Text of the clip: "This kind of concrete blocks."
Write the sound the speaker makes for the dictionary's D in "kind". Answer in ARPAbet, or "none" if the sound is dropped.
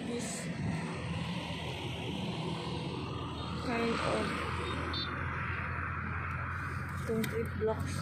none